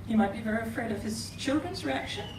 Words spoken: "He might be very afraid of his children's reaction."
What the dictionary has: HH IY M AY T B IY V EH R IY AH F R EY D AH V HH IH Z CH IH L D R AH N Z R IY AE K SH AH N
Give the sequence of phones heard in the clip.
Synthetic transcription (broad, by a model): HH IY M AY T B IY V EH R IY AH F R EY D AH V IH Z CH IH L D R AH N Z R IY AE K SH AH N